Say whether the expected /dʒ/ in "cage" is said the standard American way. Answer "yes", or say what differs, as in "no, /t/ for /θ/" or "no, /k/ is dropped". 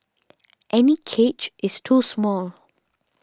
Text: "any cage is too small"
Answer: no, /tʃ/ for /dʒ/